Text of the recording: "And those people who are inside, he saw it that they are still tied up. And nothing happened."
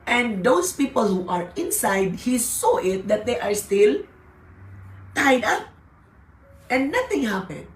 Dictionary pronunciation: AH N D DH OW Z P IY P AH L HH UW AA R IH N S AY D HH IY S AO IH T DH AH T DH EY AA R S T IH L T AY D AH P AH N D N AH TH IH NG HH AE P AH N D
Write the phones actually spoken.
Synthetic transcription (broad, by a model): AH N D OW S P IY P AH L HH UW AA R IH N S AY D HH IY S AO IH T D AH T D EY AA R S T IH L T AY D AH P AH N N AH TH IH NG HH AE P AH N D